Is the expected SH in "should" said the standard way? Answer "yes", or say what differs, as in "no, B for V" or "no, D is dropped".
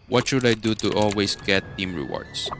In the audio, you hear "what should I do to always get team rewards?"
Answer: yes